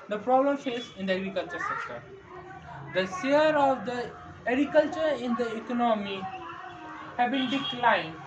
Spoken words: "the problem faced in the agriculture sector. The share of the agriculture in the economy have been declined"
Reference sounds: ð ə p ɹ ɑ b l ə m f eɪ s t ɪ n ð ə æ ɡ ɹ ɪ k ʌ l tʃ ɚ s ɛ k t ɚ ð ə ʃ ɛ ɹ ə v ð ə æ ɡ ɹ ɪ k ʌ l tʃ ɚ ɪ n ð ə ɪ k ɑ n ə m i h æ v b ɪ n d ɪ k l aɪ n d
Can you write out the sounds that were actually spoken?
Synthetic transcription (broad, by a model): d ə p ɹ ɑ b l ə m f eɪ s ɪ n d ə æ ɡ ɹ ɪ k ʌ l tʃ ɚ s ɛ k t ɚ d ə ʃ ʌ ɹ ə v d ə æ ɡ ɹ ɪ k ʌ l tʃ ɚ ɪ n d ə ɪ k ɑ n ə m i h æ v b ɪ n d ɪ k l aɪ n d